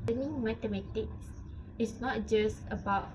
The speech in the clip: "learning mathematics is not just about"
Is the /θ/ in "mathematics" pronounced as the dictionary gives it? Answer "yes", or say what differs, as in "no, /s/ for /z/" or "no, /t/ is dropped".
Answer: no, /t/ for /θ/